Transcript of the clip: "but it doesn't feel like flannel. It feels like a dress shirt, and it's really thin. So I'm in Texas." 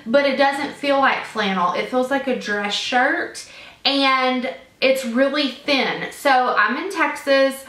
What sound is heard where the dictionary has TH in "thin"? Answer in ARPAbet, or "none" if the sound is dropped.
TH